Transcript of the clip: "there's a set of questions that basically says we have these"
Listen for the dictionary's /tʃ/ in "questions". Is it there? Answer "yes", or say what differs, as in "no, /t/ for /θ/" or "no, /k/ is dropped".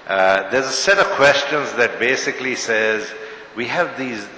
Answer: yes